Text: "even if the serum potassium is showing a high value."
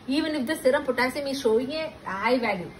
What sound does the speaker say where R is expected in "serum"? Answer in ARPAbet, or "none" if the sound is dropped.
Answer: R